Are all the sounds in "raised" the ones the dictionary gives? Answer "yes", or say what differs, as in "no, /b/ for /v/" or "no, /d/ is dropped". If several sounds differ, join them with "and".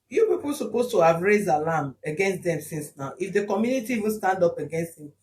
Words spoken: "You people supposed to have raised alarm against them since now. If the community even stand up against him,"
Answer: yes